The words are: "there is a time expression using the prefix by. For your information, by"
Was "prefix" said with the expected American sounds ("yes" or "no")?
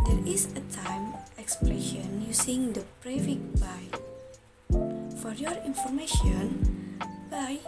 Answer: no